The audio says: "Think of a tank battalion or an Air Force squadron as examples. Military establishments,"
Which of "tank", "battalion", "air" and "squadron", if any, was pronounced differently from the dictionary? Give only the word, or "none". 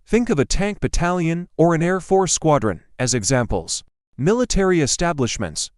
none